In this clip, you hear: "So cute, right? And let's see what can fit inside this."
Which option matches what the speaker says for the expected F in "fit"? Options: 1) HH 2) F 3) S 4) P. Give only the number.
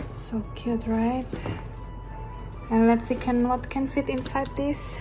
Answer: 2